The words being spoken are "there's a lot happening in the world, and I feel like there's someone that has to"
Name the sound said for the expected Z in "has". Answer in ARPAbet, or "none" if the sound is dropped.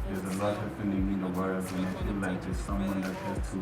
S